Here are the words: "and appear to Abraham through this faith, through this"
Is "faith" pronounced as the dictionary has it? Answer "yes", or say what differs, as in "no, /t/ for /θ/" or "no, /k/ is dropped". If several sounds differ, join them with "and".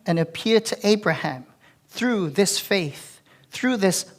yes